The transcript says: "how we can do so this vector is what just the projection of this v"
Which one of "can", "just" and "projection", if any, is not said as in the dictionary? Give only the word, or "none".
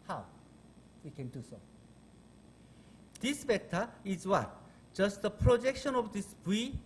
none